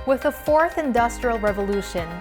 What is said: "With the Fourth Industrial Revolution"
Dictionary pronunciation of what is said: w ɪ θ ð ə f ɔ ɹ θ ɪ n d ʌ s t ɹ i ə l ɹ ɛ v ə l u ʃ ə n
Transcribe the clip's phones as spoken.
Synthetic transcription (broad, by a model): w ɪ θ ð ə f ɔ ɹ θ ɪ n d ʌ s t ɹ i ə l ɹ ɛ v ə l u ʃ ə n